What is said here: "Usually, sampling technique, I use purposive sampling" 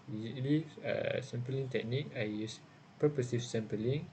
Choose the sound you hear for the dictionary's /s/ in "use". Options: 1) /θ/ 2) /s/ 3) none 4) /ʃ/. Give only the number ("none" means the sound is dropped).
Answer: 2